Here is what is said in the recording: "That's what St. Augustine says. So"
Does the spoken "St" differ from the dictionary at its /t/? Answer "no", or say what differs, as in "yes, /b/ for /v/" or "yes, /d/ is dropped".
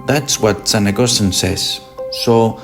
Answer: yes, /t/ is dropped